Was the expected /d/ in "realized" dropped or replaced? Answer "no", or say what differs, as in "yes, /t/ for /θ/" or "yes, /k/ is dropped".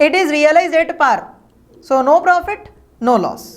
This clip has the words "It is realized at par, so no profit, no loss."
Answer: yes, /d/ is dropped